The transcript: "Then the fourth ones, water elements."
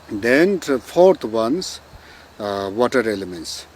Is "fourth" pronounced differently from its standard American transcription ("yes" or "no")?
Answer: yes